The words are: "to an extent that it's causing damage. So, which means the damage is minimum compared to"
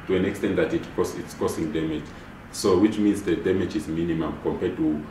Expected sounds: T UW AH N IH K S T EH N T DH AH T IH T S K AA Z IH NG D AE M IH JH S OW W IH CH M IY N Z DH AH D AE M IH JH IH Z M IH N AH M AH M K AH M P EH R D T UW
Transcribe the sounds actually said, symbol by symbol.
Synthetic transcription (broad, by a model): T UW AH N IH K S T EH N T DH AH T IH T S K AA S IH NG D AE M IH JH S OW W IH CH M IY N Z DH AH D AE M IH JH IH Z M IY N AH M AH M K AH M P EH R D T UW